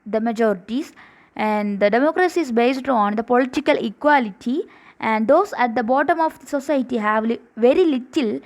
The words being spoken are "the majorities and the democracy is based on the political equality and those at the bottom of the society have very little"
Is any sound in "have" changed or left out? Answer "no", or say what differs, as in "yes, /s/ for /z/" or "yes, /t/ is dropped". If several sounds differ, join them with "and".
no